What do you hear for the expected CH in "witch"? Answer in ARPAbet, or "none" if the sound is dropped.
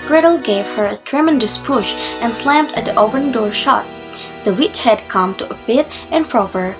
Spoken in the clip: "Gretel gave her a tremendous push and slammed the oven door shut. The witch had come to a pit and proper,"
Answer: CH